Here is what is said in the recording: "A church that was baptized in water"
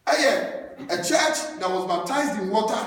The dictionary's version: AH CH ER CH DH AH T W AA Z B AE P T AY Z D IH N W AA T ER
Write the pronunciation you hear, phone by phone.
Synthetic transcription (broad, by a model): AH CH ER CH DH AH T W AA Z B AE P T AY Z D IH N W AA T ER